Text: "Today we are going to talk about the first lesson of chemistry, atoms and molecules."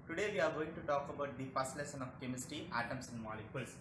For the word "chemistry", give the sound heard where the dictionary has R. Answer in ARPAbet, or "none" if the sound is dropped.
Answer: none